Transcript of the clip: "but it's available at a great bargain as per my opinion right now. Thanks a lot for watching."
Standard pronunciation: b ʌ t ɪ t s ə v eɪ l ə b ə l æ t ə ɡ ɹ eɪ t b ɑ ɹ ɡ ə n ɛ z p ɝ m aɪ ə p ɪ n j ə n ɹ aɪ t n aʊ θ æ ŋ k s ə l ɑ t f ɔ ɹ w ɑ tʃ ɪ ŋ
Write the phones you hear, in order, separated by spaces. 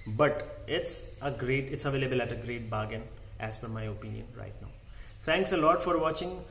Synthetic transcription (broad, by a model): b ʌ t ɪ t s ə v eɪ l ə b ə l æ t ə ɡ ɹ eɪ t b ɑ ɡ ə n ɛ z f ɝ m aɪ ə p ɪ n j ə n ɹ aɪ t n aʊ t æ ŋ k s ə l ɑ t f ɔ ɹ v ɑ tʃ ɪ ŋ